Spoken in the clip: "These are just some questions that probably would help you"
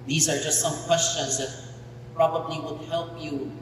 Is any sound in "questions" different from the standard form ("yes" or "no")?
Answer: no